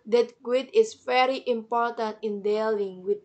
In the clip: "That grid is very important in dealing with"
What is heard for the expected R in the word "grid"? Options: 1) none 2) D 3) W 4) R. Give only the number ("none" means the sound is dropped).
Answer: 3